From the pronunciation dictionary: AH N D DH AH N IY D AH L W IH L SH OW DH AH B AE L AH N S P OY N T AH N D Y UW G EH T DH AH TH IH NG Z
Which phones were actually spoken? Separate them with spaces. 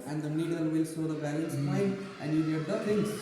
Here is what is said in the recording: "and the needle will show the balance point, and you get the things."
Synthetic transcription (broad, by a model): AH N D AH N IY D AH L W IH L S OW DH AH B AE L AH N S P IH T T AH N D Y UW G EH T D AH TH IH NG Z